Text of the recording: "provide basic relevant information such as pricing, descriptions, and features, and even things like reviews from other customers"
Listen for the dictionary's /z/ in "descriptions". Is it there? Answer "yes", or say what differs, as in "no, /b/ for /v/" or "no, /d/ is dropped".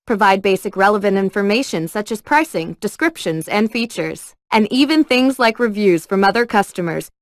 yes